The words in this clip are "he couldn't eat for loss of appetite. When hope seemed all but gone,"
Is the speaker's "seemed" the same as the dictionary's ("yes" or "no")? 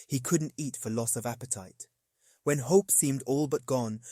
yes